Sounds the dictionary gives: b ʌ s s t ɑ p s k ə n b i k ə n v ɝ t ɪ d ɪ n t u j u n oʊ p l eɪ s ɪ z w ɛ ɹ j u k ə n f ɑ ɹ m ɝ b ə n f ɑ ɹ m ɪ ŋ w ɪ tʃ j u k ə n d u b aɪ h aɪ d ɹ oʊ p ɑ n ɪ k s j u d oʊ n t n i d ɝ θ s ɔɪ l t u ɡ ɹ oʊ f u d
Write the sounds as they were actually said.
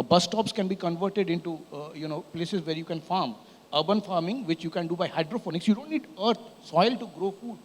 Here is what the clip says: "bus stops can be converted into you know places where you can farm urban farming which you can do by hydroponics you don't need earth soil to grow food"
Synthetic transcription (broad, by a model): b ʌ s s t ɑ p s k ə n b i k ə n v ɝ t ɪ d ɪ n t u j u n oʊ p l eɪ s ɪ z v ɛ ɹ j u k ə n f ɑ ɹ m ɝ b ə n f ɑ ɹ m ɪ ŋ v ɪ tʃ j u k ə n d u b aɪ h aɪ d ɹ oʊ f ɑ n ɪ k s j u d oʊ n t n i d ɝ t s ɔɪ l t u ɡ ɹ oʊ f u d